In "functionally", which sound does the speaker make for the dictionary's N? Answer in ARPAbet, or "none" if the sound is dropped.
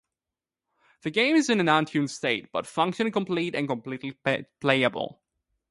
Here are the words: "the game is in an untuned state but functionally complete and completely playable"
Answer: none